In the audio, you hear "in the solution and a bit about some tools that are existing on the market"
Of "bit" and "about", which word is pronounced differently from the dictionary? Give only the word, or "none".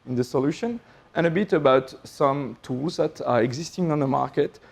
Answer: none